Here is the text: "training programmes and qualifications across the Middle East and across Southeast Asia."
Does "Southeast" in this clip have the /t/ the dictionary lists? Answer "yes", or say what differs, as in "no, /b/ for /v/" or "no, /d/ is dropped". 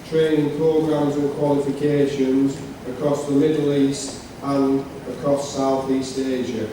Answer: yes